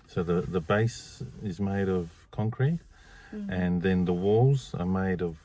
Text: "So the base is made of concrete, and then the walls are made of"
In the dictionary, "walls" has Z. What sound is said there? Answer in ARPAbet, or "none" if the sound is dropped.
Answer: Z